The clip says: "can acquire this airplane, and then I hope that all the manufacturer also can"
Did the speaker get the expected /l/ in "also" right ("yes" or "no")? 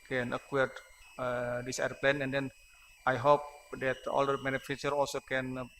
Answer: yes